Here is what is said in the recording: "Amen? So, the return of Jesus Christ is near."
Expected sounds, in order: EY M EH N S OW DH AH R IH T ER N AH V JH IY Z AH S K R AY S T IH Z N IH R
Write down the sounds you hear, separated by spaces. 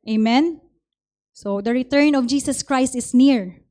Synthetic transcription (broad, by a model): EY M EH N S OW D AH R IH T ER N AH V JH IY S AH S K R AY S T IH S N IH R